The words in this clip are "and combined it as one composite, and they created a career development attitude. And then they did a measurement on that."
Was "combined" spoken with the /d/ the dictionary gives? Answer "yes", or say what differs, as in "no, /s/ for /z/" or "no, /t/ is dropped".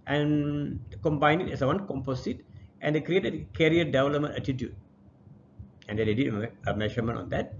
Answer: no, /d/ is dropped